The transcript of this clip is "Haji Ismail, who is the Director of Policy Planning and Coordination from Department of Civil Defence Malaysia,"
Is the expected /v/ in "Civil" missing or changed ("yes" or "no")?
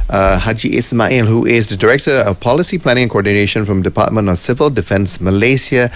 no